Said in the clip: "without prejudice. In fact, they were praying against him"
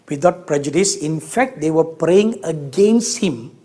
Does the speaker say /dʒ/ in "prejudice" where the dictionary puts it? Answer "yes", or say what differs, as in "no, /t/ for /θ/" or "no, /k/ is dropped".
yes